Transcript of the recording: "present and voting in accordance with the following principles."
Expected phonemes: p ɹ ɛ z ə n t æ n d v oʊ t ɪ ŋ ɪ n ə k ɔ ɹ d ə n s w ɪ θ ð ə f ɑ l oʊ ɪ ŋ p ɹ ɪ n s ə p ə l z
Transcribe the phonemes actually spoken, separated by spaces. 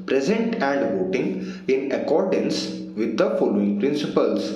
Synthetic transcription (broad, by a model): p ɹ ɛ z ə n t æ n d v oʊ t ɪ ŋ ɪ n ə k ɔ ɹ d ə n s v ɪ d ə f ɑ l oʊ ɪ ŋ p ɹ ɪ n s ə p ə l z